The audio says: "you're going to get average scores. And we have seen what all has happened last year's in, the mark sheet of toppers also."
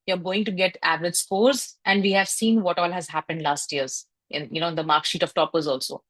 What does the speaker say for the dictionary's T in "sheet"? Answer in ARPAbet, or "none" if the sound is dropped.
T